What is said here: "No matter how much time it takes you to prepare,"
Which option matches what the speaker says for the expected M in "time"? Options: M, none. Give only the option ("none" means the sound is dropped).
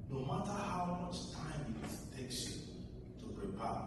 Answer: M